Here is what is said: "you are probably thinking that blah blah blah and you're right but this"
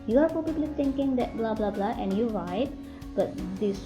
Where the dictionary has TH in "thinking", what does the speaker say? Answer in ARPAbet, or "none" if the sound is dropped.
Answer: T